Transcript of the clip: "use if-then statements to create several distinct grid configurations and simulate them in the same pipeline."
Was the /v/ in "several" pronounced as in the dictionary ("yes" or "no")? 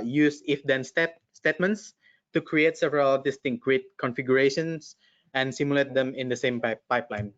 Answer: yes